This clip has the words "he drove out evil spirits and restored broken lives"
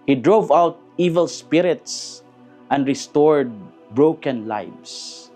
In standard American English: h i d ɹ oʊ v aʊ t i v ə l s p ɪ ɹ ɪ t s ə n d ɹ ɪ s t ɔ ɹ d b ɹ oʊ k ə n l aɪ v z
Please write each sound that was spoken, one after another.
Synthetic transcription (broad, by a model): h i d ɹ oʊ v aʊ t i v ə l s p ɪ ɹ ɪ t s ə n d ɹ ɪ s t ɔ ɹ d b ɹ oʊ k ə n l aɪ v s